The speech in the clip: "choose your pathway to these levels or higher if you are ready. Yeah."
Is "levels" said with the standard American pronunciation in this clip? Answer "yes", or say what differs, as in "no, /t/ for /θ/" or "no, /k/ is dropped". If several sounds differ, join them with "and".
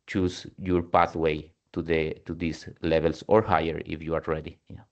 no, /s/ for /z/